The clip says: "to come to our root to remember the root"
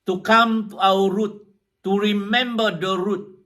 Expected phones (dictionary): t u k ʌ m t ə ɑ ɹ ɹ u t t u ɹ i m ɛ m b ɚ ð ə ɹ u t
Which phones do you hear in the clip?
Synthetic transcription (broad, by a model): t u k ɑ m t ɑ w ɹ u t t u ɹ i m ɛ m b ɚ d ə ɹ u t